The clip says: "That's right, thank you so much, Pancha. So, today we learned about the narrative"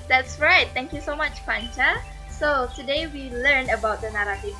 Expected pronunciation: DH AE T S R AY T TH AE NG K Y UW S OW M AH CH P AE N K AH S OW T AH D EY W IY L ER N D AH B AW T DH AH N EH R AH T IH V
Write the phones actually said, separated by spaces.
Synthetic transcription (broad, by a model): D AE T S R AY T T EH NG K Y UW S OW M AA CH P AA N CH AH S OW T AH D EY W IY L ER N AH B AW T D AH N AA R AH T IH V